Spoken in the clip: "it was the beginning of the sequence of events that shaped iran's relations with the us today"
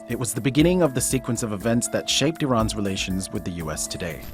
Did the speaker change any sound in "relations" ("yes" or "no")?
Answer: no